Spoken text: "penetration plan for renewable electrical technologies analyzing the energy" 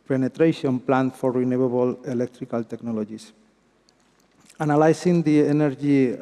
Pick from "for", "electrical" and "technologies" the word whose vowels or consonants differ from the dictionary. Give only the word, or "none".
technologies